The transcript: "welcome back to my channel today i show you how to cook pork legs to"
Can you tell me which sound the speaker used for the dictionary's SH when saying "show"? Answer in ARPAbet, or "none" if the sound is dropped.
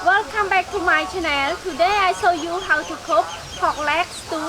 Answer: S